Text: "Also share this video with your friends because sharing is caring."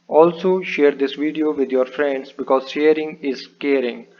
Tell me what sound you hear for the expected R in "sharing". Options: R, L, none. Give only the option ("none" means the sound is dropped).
R